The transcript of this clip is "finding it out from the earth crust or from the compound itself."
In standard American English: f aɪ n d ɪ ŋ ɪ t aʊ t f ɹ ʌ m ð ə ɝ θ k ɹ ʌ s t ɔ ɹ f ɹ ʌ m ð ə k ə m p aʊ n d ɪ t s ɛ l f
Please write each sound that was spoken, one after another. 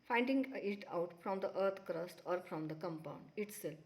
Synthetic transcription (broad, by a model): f aɪ n d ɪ ŋ ɪ t aʊ t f ɹ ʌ m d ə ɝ t k ɹ ʌ s t ɔ ɹ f ɹ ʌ m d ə k ə m p aʊ n d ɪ t s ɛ l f